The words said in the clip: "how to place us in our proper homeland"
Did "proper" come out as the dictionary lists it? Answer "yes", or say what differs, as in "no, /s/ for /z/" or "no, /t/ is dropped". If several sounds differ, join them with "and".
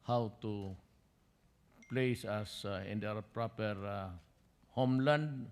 yes